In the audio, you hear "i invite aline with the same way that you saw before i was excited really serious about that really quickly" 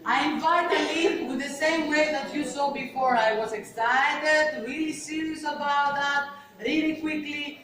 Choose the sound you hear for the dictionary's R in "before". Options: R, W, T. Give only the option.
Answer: R